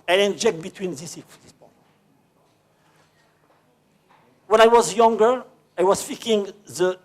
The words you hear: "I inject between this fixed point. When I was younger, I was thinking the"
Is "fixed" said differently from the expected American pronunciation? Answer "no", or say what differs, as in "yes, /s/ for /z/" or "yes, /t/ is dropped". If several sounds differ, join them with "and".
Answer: yes, /k/ is dropped